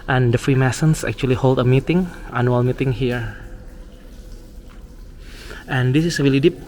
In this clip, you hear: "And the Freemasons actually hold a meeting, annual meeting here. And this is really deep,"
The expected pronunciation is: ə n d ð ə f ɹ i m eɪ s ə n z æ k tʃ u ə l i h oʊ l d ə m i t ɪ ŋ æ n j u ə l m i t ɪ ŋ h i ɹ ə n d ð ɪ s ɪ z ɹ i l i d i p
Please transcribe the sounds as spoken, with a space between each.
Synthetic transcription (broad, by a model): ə n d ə f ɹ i m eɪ s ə n s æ k tʃ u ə l i h oʊ l d ə m i t ɪ ŋ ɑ n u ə l m i t ɪ ŋ h i ɹ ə n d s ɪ s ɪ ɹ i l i d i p